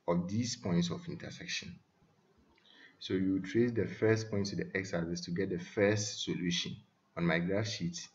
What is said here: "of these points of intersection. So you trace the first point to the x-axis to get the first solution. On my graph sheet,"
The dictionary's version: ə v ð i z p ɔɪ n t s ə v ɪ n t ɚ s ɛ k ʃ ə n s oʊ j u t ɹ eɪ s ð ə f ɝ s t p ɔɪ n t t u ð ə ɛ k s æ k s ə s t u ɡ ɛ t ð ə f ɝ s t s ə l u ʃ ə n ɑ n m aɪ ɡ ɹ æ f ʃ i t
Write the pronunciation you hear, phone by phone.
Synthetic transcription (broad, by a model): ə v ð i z p ɔɪ n t s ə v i n t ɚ s ɛ k ʃ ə n s oʊ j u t ɹ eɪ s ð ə f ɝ s t p ɔɪ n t t u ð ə ɛ k s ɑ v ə s t u ɡ ɛ t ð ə f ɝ s t s ə l u ʃ ə n ɑ n m aɪ ɡ ɹ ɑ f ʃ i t